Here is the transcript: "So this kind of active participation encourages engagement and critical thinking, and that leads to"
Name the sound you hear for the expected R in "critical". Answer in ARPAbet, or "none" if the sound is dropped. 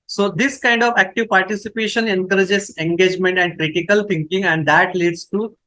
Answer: R